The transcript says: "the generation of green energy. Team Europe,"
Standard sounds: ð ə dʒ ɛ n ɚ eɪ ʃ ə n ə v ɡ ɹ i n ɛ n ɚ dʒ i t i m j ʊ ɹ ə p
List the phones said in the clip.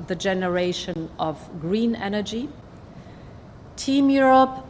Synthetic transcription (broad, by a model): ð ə dʒ ɛ n ɚ eɪ ʃ ə n ə v ɡ ɹ i n ɛ n ɚ dʒ i t i m j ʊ ɹ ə p